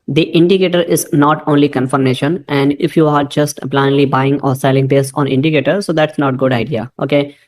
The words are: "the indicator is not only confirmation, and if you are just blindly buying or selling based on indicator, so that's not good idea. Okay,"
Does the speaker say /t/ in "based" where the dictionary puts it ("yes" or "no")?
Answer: no